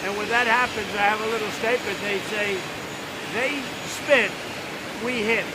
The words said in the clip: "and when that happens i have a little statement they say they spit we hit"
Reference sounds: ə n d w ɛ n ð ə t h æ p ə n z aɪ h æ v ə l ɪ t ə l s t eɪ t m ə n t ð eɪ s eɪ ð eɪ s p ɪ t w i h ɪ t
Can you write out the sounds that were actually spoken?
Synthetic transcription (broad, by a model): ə n w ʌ n ð ə t h æ p ə n z aɪ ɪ v ə l ɪ t l s t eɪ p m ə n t ð eɪ s eɪ ð eɪ s p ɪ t w i h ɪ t